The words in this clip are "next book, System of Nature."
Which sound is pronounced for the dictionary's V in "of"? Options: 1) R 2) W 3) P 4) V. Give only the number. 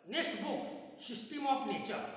3